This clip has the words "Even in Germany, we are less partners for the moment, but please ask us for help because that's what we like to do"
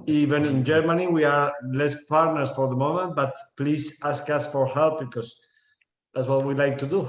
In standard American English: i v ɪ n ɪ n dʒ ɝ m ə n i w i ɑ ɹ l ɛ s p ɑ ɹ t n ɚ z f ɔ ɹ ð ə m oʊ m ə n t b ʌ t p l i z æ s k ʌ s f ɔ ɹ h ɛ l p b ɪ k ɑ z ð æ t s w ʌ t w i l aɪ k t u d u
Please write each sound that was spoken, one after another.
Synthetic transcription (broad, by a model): i v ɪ n ɪ n dʒ ɝ m ə n i w i ɑ ɹ l ɛ s p ɑ ɹ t n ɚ s f ɔ ɹ ð ə m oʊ m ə n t b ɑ t p l i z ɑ s k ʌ s f ɔ ɹ h ɛ l p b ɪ k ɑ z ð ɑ t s w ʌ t w i l aɪ k t u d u